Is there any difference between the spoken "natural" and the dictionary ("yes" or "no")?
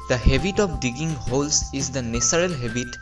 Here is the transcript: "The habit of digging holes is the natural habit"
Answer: yes